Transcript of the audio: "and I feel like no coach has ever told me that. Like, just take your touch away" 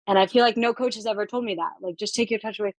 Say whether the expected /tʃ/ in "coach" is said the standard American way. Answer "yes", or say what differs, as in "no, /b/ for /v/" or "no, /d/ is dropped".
yes